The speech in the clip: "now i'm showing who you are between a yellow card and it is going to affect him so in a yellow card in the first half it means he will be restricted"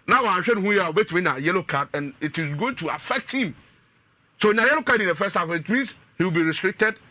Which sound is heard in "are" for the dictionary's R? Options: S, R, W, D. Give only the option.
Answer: W